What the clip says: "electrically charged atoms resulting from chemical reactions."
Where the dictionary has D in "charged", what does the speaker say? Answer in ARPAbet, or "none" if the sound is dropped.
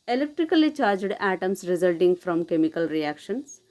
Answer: D